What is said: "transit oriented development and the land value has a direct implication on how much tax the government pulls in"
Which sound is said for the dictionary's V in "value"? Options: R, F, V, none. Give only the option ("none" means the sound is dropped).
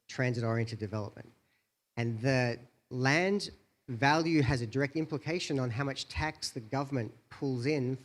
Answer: V